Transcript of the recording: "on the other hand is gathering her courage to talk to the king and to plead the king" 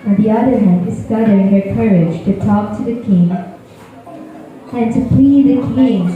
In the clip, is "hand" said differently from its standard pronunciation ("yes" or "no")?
yes